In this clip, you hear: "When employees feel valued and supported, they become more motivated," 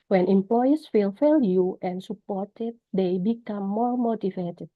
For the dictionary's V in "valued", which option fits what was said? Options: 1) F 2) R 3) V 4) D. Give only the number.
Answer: 1